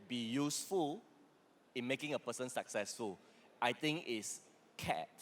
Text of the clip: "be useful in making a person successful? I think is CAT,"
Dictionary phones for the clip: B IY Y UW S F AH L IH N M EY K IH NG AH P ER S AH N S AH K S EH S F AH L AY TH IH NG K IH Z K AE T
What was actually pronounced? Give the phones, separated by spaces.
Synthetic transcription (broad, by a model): B IY Y UW S F AH L IH N M EY K IH NG AH P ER S AH N S AH K S EH S F AH L AY T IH NG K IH S K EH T